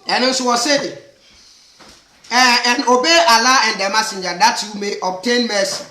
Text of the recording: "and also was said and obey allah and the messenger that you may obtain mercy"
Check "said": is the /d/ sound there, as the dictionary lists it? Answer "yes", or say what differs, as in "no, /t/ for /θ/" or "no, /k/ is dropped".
no, /d/ is dropped